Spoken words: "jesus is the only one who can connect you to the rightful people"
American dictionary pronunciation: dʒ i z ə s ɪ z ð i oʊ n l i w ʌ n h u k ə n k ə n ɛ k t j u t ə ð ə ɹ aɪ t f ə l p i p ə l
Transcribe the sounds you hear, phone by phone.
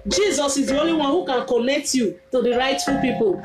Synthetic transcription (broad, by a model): dʒ i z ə s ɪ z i oʊ l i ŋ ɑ h u k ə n k ə n ɛ k t j u t ə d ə ɹ aɪ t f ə p i p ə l